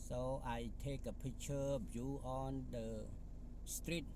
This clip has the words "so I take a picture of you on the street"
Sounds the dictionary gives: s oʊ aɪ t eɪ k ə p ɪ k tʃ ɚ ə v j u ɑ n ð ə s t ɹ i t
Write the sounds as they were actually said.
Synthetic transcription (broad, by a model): s oʊ aɪ t eɪ k ə p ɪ tʃ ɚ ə b j u ɑ n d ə s t ɹ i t